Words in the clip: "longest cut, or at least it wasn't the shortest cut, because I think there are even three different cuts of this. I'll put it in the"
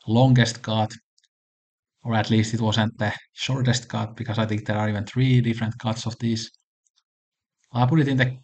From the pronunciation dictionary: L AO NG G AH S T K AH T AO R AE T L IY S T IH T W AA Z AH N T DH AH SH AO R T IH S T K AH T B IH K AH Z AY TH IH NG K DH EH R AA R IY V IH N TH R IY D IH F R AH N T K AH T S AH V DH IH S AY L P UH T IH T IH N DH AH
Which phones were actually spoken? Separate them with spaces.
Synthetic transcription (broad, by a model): L AO NG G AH S T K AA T AO R AE T L IY S T IH T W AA S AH N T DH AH SH AO R T IH S T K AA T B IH K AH S AY TH IH NG K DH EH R AA R IY V IH N TH R IY D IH F R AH N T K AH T S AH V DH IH S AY P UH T IH T IH N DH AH